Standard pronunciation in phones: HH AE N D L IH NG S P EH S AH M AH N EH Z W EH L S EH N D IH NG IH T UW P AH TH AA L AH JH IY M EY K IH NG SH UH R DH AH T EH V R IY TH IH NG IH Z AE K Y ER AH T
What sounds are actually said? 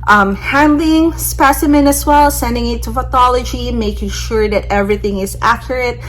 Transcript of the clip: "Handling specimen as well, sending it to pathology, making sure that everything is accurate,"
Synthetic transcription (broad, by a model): HH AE N D L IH NG S P EH S AH M AH N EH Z W EH L S EH N D IH NG IH T UW F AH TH AA L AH JH IY M EY K IH NG SH UH R DH AH T EH V R IY TH IH NG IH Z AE K Y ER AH T